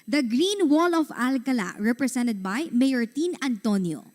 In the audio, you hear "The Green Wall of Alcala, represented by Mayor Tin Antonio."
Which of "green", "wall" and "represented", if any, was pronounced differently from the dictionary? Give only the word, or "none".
represented